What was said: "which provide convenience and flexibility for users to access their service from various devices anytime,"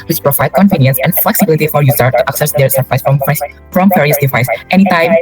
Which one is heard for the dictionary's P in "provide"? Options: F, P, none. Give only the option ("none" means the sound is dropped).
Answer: P